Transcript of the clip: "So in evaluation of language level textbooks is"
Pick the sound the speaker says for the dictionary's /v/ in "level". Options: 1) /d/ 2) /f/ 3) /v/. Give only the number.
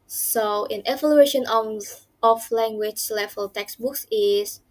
2